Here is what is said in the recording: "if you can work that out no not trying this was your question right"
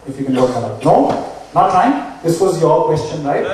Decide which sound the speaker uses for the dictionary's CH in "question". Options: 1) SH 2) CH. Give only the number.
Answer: 2